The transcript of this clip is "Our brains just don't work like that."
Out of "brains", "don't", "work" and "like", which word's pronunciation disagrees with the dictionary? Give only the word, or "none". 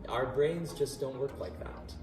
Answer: none